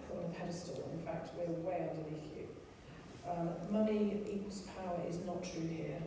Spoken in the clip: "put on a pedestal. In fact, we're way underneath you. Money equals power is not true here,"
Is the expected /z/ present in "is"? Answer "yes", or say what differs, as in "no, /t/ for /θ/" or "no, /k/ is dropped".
yes